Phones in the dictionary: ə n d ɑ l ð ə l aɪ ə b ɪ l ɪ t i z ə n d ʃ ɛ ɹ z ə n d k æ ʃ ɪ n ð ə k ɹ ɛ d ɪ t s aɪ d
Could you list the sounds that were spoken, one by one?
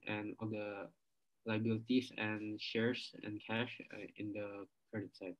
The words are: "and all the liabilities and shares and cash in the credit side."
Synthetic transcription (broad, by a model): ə n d ɑ l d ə l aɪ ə b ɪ l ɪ t i s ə n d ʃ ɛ ɹ s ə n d k æ ʃ ɪ n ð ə k ɹ ɛ d ɪ t s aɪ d